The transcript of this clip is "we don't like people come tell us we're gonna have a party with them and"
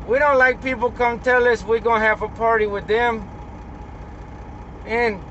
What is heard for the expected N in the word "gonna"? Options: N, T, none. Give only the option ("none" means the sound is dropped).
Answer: none